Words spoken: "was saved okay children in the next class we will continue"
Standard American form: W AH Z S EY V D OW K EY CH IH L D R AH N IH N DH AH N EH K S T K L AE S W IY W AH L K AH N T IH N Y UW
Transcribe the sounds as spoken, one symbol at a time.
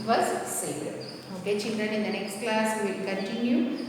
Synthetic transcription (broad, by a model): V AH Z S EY D OW K EY CH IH L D R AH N IH N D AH N EH K S T K L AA S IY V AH L K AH N T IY N Y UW